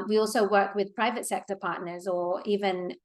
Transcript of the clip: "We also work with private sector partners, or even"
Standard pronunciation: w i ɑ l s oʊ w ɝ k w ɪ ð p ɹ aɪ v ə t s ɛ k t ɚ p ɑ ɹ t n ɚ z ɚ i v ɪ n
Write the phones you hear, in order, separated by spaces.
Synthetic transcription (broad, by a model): w i ɑ l s oʊ w ɝ k w ɪ ð p ɹ aɪ v ə t s ɛ k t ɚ p ɑ ɹ t n ɚ z ɚ i v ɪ n